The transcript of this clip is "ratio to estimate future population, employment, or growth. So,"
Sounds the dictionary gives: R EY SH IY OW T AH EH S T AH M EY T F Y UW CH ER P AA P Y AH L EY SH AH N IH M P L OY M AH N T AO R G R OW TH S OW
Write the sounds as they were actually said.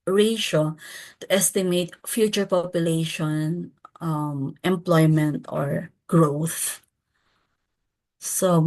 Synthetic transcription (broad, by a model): R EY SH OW T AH EH S T AH M EY T F Y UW CH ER P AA P Y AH L EY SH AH N IH M P L OY M AH N T AO R G R OW TH S OW